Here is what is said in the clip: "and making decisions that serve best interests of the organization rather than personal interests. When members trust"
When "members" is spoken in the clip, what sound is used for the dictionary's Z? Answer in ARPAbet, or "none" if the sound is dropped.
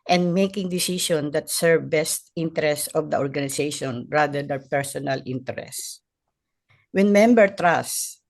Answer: none